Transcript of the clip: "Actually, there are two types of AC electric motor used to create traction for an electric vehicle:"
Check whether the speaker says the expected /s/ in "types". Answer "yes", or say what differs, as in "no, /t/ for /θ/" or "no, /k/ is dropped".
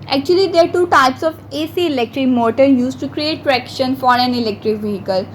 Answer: yes